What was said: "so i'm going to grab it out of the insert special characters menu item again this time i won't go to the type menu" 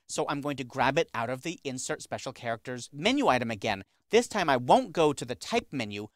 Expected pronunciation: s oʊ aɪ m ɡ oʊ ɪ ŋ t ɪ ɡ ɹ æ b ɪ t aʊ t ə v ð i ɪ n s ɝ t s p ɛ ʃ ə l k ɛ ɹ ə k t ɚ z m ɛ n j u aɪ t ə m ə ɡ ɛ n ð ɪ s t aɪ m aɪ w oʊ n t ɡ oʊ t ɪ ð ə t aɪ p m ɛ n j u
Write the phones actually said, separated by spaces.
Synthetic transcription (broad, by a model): s oʊ aɪ m ɡ oʊ ɪ ŋ t ɪ ɡ ɹ æ b ɪ t aʊ t ə v ð i ɪ n s ɝ t s p ɛ ʃ l k ɛ ɹ ə k t ɚ z m ɛ n j u aɪ t ə m ə ɡ ɛ n ð ɪ s t aɪ m aɪ w oʊ n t ɡ oʊ t ɪ ð ə t aɪ p m ɛ n j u